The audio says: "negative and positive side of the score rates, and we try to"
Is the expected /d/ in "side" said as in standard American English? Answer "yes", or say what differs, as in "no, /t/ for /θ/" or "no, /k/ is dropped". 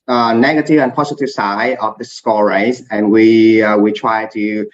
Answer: no, /d/ is dropped